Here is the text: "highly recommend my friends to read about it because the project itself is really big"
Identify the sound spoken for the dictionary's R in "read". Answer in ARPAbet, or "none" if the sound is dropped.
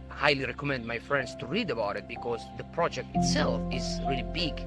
R